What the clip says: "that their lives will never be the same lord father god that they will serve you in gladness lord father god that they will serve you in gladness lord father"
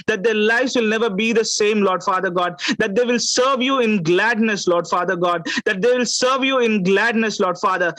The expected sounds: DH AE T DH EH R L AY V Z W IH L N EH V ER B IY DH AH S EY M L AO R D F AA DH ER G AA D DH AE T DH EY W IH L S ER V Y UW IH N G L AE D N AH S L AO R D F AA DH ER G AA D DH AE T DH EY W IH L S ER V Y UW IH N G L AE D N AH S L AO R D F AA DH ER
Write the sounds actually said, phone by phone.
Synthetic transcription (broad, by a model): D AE T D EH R L AY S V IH L N EH V ER B IY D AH S EY M L AO R D F AA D ER G AA D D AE T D EY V IH L S ER V Y UW IH N G L AE D N AH S L AO R D F AA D ER G AA D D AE T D EY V IH L S ER V Y UW IH N G L AE D N AH S L AO R D F AA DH ER